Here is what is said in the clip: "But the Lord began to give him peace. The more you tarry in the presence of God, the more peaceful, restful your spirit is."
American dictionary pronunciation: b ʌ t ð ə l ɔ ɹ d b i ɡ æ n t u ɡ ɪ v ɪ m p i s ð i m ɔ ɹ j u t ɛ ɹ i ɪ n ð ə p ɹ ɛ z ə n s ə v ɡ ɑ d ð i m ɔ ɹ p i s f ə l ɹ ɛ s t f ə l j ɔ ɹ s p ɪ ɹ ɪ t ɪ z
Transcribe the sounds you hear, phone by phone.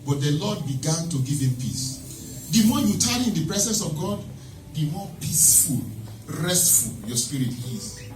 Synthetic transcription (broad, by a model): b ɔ t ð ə l ɔ d b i ɡ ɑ n t u ɡ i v ɪ m p i s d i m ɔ j u t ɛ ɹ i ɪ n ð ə p ɹ ɛ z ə n s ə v ɡ ɑ d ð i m ɔ p i s f ə l ɹ ɛ s t f ə l j ɔ s p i ɹ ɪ t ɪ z